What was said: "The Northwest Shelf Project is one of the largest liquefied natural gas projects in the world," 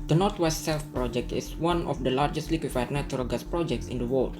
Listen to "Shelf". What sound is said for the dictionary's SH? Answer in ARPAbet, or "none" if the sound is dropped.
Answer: S